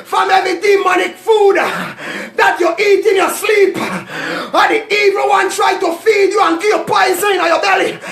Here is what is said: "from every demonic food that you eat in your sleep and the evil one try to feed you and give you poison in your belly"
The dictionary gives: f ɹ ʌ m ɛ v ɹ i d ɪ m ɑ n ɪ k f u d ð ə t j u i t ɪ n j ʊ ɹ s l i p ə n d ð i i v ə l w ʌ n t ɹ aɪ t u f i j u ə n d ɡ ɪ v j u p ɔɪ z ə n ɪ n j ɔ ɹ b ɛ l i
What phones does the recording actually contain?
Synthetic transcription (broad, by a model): f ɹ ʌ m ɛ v i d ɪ m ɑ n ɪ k f u d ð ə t j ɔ i t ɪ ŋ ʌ s l i p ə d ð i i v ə w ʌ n t ɹ aɪ t u f i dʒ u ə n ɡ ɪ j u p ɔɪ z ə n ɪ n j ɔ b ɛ l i